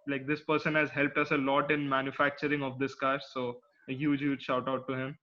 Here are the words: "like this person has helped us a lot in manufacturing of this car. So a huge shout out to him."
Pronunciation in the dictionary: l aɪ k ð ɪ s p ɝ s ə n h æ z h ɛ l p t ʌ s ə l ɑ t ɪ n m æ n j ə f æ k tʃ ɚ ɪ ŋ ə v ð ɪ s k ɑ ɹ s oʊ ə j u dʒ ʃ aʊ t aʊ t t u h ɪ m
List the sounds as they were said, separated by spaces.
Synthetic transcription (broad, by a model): l aɪ k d ɪ s p ɝ s ə n h æ z h ɛ l p t ʌ s ə l ɑ t ɪ n m æ n j ə f æ k tʃ ɚ ɪ ŋ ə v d ɪ s k ɑ ɹ s oʊ ə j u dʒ ʃ aʊ t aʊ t t u h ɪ m